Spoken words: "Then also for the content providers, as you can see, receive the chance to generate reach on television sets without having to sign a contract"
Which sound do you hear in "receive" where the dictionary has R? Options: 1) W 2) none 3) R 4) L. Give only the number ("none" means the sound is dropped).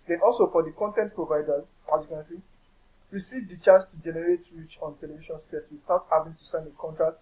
3